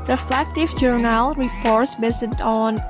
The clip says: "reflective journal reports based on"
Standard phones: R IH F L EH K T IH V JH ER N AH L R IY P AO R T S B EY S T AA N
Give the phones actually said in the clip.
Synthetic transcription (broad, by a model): R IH F L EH K T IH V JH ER N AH L R IY P AO R T S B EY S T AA N